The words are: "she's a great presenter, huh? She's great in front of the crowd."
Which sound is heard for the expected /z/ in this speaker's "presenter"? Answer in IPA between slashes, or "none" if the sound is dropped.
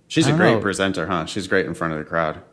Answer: /z/